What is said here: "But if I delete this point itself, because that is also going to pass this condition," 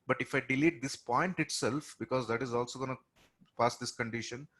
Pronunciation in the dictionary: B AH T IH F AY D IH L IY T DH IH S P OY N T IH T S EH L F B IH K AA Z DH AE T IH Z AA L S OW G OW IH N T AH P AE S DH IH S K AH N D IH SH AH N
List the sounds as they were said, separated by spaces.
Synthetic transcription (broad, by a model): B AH T IH F AY D IH L IY T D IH S P OY N T IH T S EH L F B IH K AA Z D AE T IH Z AA L S OW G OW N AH P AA S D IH S K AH N D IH SH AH N